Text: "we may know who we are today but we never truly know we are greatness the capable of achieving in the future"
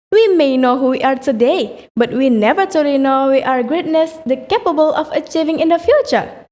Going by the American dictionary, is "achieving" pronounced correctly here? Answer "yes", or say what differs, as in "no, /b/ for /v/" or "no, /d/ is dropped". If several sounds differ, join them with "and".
yes